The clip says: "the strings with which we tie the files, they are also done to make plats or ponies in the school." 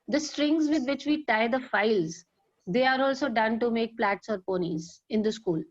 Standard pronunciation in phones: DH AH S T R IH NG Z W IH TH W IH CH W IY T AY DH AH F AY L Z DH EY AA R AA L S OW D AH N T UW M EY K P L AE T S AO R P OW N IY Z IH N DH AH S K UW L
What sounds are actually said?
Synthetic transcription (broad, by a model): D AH S T R IH NG Z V IH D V IH CH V IY T AY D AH F AY L Z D EY AA R AA L S OW D AH N T UW M EY K P L AE T S AO R P OW N IY Z IH N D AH S K UW L